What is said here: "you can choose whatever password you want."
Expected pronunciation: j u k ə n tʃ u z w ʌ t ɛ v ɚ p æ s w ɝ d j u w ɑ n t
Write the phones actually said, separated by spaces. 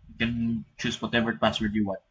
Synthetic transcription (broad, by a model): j k ə n tʃ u s w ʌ t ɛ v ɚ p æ s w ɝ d j u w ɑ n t